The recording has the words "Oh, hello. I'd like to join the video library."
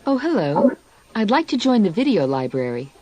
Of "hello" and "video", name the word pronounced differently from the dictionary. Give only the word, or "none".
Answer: none